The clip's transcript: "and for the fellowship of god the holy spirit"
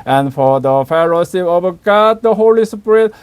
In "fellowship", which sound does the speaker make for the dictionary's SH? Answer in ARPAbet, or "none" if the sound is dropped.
S